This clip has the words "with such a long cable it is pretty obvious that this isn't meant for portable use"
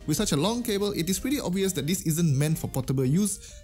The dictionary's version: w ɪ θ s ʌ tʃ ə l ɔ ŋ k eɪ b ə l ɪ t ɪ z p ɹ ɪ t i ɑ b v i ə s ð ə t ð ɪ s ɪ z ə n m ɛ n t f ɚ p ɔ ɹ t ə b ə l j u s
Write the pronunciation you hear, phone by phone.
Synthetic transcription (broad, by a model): w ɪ s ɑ tʃ ə l ɔ ŋ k eɪ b ə l ɪ t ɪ s p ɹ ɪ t i ɑ b v i ə s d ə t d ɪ s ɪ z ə n m ɛ n t f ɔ p ɔ t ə b ə l j u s